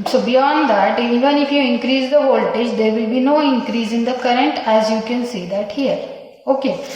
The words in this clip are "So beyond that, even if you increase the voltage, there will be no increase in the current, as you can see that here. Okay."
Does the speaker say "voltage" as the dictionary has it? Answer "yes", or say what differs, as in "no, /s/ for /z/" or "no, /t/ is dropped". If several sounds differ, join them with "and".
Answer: yes